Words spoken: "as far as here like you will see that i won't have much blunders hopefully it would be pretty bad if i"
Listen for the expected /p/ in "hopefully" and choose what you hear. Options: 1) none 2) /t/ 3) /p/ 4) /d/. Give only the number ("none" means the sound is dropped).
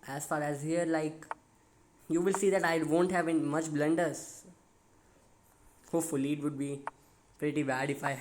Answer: 1